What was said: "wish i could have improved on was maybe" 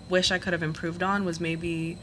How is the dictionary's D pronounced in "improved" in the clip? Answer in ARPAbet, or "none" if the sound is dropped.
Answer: D